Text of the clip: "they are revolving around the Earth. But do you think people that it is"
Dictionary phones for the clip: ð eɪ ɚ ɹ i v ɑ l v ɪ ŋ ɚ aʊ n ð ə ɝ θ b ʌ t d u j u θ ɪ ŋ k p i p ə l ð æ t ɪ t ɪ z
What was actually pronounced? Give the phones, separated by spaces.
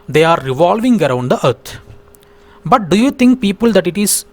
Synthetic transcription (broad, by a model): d eɪ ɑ ɹ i v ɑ l v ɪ ŋ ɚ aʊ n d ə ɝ t b ʌ t d u j u t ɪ ŋ k p i p ə l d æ t ɪ t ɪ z